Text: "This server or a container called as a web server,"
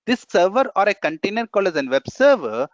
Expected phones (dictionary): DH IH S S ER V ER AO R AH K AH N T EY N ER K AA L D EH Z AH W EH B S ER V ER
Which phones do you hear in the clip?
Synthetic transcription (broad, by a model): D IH S S ER V ER AO R AH K AH N T EY N ER K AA L EH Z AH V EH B S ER V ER